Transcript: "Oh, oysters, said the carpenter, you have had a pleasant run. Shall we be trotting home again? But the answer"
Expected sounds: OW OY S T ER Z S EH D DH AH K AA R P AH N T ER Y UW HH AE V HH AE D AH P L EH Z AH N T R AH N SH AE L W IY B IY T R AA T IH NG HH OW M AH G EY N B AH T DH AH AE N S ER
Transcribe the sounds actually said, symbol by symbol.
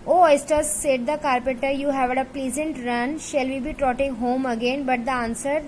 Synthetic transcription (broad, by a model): OW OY S T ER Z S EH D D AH K AA R P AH T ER Y UW HH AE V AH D AH P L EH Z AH N T R AH N SH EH L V IY B IY T R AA T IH NG HH OW M AH G EY N B AH T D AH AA N S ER